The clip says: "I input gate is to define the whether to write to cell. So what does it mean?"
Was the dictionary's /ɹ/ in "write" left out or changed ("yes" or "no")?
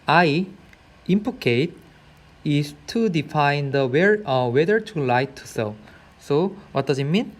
yes